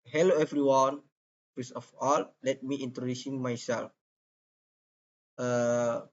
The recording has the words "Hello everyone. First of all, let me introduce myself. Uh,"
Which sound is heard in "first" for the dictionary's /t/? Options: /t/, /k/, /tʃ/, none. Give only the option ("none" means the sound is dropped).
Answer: none